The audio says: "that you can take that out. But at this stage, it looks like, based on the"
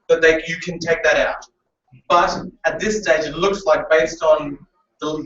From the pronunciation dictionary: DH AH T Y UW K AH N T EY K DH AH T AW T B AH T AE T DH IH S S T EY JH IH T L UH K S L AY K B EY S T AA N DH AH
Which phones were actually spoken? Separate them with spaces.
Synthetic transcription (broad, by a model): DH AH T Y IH K AH N T EY K DH AH T AW T B AH T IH T DH IH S S T EY JH IH T L UH K S L AY K B EY S T N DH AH